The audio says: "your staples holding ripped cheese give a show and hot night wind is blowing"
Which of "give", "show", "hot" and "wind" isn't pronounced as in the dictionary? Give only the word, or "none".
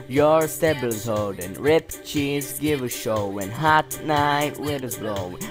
wind